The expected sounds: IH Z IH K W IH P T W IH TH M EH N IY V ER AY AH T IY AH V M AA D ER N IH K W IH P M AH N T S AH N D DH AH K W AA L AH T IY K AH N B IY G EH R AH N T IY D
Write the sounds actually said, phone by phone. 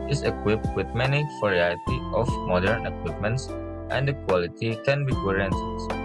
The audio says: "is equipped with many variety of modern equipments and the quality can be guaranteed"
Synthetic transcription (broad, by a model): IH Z IH K W IH P T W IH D M EH N IY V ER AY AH T IY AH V M AA D ER N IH K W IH P M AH N T S AH N D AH K W AA L AH T IY K AH N B IY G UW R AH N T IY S